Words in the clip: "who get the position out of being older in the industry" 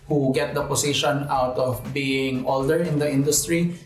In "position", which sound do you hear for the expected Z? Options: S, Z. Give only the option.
S